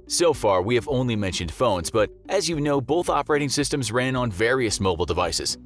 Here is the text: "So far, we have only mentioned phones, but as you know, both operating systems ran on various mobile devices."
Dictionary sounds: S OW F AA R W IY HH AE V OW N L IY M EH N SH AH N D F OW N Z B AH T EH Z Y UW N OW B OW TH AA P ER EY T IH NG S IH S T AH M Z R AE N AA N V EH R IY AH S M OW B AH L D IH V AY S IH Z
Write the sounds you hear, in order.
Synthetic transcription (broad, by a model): S OW F AA R W IY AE V OW N L IY M EH N SH AH N D F OW N Z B AH T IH Z Y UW N OW B OW TH AA P ER EY T IH NG S IH S T AH M Z R AE N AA N V EH R IY AH S M OW B L D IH V AY S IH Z